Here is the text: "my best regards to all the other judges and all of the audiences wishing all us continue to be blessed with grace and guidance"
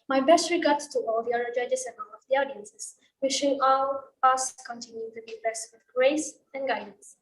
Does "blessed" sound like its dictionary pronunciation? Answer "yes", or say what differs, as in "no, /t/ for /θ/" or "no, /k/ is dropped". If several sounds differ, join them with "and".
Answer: no, /l/ is dropped